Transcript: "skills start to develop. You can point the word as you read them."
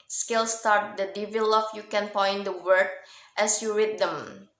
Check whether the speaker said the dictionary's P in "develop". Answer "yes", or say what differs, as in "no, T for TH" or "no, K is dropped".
no, F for P